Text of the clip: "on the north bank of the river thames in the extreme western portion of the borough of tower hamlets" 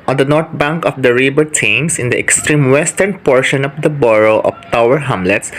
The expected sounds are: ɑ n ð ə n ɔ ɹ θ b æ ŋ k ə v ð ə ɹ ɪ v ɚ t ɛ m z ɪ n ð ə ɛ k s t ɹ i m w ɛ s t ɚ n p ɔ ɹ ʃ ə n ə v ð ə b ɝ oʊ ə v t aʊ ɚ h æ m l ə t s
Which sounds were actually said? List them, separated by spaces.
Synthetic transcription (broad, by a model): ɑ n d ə n ɔ ɹ t b æ ŋ k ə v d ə ɹ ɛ b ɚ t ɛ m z ɪ n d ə ɛ k s t ɹ i m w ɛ s t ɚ n p ɔ ɹ ʃ ə n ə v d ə b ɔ oʊ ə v t aʊ ɚ h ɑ m l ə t s